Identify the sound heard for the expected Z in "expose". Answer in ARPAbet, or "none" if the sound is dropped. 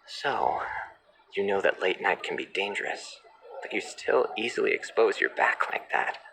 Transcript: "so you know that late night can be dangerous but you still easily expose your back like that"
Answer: Z